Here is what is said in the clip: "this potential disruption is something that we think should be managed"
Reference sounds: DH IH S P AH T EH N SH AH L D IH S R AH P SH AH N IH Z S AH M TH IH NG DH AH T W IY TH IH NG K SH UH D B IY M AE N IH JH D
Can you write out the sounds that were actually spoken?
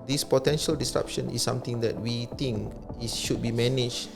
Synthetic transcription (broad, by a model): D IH S P AH T EH N SH AH L D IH S R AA P SH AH N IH S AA M T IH NG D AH T W IY T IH NG K SH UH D B IY M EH N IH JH